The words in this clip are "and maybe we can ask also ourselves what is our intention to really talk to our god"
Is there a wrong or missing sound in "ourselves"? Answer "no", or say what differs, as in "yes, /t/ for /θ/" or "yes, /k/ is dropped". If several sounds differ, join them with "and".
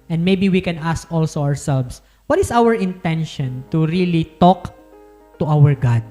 yes, /s/ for /z/